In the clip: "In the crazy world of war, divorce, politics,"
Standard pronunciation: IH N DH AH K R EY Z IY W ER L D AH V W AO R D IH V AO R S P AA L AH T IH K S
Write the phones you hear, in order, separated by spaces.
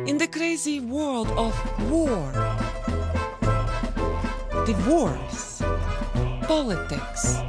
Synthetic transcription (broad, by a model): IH N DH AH K R EY Z IY W ER L D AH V W AO R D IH W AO R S P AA L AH T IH K S